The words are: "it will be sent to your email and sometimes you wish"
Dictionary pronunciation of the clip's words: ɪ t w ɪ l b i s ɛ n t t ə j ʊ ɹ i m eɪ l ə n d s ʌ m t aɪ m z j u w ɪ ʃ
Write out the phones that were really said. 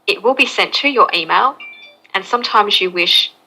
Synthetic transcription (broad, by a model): ɪ t w ɪ l b i s ɛ n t t ə j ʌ ɹ i m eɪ l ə n s ʌ m t aɪ m z j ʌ w ɪ ʃ